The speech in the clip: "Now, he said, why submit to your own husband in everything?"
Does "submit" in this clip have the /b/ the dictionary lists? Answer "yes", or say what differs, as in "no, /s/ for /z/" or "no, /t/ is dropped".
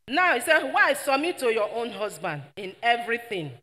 no, /b/ is dropped